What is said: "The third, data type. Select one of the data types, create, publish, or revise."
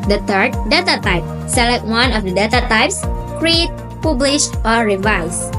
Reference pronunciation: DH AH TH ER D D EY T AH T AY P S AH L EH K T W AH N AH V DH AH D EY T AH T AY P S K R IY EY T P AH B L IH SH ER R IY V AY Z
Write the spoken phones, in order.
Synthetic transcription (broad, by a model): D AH T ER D D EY T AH T AY P S AH L EH K T W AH N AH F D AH D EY T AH T AY P S K R IY EY T P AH B L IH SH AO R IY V AY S